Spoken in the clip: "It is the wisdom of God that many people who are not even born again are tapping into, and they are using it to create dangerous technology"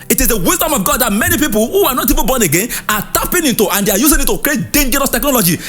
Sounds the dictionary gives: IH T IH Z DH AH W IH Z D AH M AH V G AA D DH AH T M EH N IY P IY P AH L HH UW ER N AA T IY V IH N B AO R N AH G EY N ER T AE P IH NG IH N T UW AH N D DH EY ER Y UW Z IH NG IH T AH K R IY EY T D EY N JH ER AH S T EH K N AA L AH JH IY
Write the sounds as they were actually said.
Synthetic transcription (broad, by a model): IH T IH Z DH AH W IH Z D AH M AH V G AA D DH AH T M EH N IY P IY P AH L HH UW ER N AA T IY V IH N B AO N AH G EY N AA T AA P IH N IH N T UW AH N D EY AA Y UW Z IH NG IH T AH K R IY EY T D EY N JH ER AH S T EH K N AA L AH JH IY